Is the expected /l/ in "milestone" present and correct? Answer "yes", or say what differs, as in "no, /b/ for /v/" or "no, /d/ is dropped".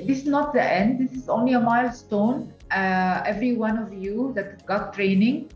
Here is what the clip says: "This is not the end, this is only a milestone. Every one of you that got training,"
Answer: yes